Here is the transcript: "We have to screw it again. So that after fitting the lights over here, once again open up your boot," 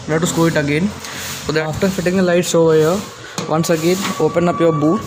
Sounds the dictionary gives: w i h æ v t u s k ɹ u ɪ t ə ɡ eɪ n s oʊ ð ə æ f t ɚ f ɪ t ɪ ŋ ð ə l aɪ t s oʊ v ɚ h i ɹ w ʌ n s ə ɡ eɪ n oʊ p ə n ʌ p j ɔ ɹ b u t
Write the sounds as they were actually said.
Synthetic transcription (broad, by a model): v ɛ t u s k u ɪ t ə ɡ eɪ n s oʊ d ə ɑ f t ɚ f ɪ t ɪ ŋ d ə l aɪ t s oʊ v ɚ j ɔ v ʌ n s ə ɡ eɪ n oʊ p ə n ʌ p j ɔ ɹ b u t